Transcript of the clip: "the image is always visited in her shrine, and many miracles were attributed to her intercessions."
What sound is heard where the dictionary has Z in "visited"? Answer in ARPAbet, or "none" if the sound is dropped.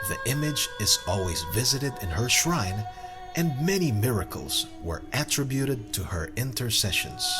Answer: Z